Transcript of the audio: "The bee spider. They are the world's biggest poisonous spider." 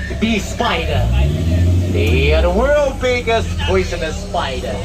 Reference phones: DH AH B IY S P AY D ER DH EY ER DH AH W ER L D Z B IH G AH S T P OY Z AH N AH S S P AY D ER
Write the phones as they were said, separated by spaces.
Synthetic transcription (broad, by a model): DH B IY S P AY D ER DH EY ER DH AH W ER L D B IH G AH S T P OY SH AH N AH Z S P AY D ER